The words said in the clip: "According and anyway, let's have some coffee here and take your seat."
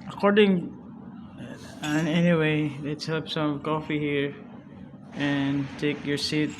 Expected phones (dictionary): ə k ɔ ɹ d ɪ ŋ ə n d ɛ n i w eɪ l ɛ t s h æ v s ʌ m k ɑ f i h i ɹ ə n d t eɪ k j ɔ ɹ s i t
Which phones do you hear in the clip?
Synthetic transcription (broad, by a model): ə k ɔ ɹ d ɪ ŋ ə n ɛ n i w eɪ l ɛ t s h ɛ p s ʌ m k ɑ f i h i ɹ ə n t eɪ k j ɔ ɹ s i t